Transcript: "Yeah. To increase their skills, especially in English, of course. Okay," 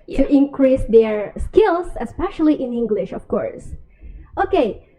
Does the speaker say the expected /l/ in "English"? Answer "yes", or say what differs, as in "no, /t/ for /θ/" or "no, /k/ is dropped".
yes